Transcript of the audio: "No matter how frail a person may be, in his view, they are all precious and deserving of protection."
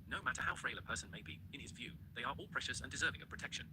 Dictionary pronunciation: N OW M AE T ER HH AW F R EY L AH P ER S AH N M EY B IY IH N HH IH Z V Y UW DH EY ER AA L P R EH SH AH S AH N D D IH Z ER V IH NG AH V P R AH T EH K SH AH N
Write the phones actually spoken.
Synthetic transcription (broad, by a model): N OW M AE T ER HH AW F R EY L AH P ER S AH N M EY B IY IH N IH Z V Y UW DH EY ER AA L P R EH SH AH S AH N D D IH Z ER V IH NG AH V P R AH T EH K SH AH N